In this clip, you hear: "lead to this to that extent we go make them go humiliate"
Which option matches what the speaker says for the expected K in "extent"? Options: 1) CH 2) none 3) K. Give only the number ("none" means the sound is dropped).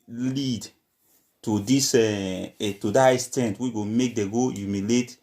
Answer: 2